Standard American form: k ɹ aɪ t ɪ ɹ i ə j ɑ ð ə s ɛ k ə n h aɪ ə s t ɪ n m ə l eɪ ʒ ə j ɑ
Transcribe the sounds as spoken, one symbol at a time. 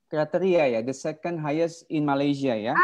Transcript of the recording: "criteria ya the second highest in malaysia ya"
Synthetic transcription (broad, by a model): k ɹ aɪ t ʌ ɹ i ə j ɑ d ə s ɛ k ə n h aɪ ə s ɪ n m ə l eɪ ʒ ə j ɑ